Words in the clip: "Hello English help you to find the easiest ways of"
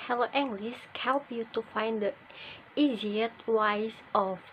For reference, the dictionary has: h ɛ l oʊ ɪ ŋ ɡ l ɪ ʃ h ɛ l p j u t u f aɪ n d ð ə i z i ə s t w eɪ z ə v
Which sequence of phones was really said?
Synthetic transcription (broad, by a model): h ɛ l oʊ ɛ ŋ ɡ l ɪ s h ɛ l p j u t u f aɪ n d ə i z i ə t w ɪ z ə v